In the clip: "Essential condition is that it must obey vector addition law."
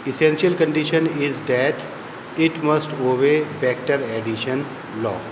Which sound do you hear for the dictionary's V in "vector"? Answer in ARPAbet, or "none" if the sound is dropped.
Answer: P